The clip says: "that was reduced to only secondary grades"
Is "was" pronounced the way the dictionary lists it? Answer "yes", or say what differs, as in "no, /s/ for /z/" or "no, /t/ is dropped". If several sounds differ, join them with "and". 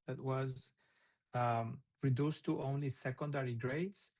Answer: yes